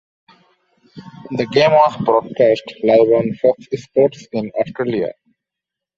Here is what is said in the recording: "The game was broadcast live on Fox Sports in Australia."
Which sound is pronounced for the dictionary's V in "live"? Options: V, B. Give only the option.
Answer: B